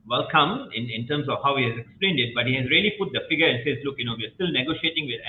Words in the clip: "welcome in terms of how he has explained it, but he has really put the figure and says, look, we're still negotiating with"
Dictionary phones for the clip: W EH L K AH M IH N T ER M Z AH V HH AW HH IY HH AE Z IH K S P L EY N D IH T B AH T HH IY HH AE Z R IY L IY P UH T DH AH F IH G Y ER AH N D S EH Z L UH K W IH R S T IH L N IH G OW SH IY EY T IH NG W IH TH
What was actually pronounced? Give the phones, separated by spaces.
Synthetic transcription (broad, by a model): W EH L K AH M IH N T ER M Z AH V HH AW HH IY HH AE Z IH K S P L EY N D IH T B AH T HH IY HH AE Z R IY L IY P UH T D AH F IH G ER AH N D S EH Z L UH K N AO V S T IH L N IH G OW SH IY EY T IH NG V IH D